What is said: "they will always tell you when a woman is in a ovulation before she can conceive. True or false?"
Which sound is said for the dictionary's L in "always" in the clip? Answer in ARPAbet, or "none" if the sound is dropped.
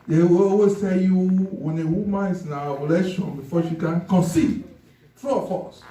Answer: none